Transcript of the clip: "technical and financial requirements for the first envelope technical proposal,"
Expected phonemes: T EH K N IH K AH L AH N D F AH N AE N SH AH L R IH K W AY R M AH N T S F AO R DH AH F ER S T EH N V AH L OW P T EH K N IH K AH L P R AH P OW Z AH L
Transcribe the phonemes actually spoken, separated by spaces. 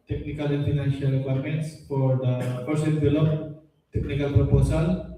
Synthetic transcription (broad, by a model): T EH K N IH K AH L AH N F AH N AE N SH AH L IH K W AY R M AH N T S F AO R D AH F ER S EH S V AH L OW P T EH K N IH K AH L P R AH P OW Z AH L